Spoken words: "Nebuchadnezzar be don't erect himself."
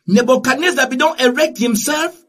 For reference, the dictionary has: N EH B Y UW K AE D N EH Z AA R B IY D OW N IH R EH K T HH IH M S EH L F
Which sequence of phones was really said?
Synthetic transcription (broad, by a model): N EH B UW K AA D N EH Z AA B IY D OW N IH R EH K T HH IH M S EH L F